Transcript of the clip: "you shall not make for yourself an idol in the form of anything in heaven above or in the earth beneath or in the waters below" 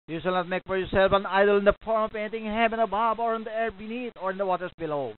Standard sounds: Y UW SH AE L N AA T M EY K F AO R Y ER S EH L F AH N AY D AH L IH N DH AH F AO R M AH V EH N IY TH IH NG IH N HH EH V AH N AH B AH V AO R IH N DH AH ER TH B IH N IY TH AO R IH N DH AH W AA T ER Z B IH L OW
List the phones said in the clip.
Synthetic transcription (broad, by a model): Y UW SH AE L N AA T M EY K F AO R Y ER S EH L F AH N AY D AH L IH N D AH F AO R M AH P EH N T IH NG HH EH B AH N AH B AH B AO R IH N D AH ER B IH N IY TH AO R IH N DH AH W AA T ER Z B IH L OW